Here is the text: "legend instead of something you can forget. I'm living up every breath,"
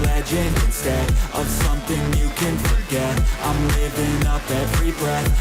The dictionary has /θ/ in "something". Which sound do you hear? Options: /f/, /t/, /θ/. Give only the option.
/θ/